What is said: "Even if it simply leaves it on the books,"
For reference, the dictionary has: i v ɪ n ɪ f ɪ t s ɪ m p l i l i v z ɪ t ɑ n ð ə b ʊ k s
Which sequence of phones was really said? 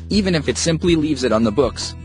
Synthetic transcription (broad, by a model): i v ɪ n ɪ f ɪ t s ɪ m p l i l i v z ɪ t n ð ə b ʊ k s